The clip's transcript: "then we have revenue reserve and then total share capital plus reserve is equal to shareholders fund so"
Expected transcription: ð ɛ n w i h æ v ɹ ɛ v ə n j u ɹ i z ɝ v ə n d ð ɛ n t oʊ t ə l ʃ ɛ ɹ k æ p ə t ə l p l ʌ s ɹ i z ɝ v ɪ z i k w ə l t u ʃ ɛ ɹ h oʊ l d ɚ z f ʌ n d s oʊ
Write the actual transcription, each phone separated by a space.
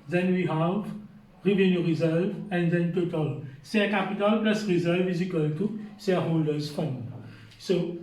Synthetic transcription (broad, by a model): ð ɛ n w i h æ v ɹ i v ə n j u ɹ i z ɝ v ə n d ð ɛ n t oʊ t ə l s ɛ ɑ k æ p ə t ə l p l ʌ s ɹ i z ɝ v ɪ z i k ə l t u s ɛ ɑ h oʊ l d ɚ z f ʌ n s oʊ